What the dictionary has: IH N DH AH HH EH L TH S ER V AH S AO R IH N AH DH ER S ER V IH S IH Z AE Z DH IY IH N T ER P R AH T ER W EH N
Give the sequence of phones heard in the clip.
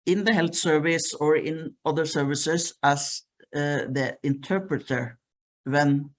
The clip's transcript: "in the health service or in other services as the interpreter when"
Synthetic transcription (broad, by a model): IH N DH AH HH EH L TH S ER V AH S AO R IH N AH DH ER S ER V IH S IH S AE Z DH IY IH N T ER P R AH T ER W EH N